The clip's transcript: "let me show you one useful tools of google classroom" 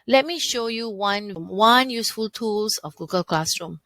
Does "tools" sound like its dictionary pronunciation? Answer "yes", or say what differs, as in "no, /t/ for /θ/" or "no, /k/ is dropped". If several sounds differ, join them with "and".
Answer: no, /s/ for /z/